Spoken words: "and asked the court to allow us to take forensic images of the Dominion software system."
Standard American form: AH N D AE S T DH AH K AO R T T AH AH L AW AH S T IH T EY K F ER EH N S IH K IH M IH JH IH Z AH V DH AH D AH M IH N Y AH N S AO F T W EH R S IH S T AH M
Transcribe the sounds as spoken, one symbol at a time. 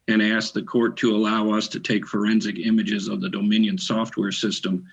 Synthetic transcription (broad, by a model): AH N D AE S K DH AH K AO R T T AH AH L AW AH S T IH T EY K F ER EH N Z IH K IH M IH JH IH Z AH V DH AH D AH M IH N Y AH N S AO F T W EH R S IH S T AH M